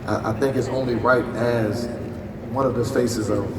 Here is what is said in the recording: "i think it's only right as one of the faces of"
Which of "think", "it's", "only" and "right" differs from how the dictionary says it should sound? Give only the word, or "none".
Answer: none